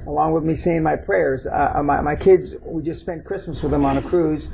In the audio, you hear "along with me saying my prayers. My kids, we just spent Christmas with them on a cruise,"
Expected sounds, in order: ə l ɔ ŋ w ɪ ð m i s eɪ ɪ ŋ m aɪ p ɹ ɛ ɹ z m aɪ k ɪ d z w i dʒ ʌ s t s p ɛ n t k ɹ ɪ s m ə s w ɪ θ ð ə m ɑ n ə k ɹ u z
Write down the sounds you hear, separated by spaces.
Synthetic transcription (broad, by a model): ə l ɔ ŋ w ɪ ð m i s eɪ ɪ ŋ m aɪ p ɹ ɛ ɹ z m aɪ k ɪ d z w i dʒ ʌ s t s p ɛ n k ɹ ɪ s m ə s w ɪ ð ə m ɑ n ə k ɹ u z